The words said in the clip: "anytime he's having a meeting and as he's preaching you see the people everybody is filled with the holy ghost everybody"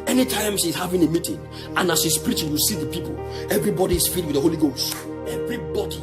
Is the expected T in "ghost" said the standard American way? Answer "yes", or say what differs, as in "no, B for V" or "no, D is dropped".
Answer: yes